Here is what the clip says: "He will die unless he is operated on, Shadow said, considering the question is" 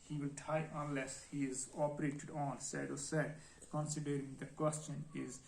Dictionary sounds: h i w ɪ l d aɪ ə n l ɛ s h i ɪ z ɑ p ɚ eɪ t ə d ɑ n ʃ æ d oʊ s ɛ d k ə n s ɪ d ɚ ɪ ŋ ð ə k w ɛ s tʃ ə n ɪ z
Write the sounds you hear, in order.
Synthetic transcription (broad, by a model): h i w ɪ l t aɪ ə n l ɛ s h i ɪ z ɑ p ɚ eɪ t ə d ɑ n s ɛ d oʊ s ɛ d k ə n s ɪ d ɚ ɪ ŋ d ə k w ɛ s tʃ ə n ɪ z